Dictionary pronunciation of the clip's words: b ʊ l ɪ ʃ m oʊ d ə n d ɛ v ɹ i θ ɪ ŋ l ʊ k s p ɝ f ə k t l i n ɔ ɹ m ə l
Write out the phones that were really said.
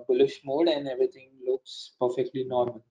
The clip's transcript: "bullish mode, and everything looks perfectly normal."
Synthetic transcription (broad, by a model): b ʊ l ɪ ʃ m oʊ d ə n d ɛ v ɹ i t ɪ ŋ l ʊ k s p ɝ f ə k t l i n ɔ ɹ m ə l